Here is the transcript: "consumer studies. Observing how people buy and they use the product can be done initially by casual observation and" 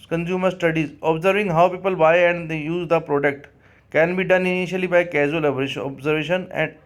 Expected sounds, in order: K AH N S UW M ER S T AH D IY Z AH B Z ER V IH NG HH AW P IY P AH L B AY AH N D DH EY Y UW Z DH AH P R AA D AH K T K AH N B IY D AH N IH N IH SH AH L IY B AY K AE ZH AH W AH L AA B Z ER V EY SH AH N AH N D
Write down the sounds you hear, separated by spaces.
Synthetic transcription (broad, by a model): K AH N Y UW M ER S T AH D IY Z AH B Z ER V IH NG HH AW P IY P AH L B AY AH N D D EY Y UW Z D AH P R AA D AH K T K AH N B IY D AH N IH N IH SH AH L IY B AY K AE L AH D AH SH AA B Z ER V EY SH AH N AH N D